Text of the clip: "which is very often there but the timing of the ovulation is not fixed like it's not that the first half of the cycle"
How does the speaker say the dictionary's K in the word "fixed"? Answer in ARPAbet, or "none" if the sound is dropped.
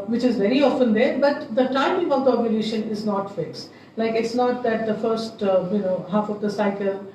K